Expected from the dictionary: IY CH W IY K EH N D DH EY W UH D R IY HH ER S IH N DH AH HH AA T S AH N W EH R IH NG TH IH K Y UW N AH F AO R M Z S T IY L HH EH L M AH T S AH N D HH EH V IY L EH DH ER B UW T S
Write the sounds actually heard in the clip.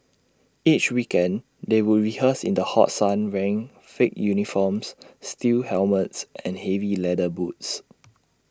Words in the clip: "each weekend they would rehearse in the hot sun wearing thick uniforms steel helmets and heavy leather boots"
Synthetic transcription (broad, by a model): IY CH W IY K EH N D EY W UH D R IY HH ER S IH N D AH HH AA T S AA N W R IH NG F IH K Y UW N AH F AO M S S T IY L HH EH L M AH T S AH N HH EH V IY L EH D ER B UW T S